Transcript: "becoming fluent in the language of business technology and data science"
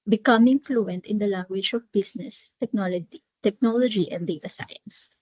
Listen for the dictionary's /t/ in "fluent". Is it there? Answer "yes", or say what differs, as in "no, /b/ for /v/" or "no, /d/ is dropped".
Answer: yes